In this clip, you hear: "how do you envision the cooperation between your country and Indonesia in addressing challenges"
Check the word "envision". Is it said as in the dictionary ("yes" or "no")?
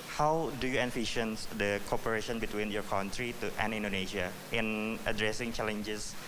no